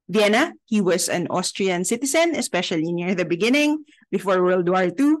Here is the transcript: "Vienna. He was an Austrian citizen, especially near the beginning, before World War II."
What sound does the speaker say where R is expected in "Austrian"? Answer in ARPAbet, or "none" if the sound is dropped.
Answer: R